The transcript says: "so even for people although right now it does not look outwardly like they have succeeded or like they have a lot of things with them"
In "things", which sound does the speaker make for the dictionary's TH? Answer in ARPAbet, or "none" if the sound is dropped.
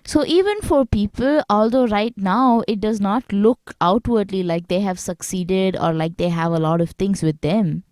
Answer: T